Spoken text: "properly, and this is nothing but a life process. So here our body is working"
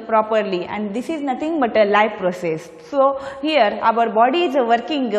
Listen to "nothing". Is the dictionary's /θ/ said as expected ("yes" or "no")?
no